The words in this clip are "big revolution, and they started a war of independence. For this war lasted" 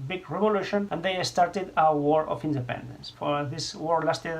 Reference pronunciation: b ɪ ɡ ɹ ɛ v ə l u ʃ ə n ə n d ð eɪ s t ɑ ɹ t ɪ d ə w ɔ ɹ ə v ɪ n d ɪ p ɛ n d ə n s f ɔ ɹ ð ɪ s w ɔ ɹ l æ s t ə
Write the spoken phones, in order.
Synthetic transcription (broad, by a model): b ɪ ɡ ɹ ɛ v ə l u ʃ ə n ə n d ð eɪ s t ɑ ɹ t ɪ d ə w ɔ ɹ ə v ɪ n d ɪ p ɛ n d ə n s f ɔ ɹ ð ɪ s w ɔ ɹ l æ s t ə